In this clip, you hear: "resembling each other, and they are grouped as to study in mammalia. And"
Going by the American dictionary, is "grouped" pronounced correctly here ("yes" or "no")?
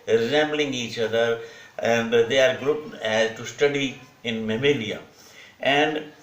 no